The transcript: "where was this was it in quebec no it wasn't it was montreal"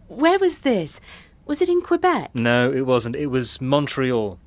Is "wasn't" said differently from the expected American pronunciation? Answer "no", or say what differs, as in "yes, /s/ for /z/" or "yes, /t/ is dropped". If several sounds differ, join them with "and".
no